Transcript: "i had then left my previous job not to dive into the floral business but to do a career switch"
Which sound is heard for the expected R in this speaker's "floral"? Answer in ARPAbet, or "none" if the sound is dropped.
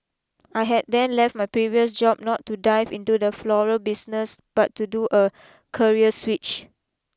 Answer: R